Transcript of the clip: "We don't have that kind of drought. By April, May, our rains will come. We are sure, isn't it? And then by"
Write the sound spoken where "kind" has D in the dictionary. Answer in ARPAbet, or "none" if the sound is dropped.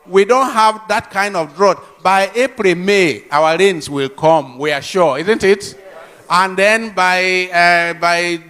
D